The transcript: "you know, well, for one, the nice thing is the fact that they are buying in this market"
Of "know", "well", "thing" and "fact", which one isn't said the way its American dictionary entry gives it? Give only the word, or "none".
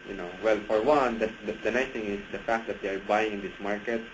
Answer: thing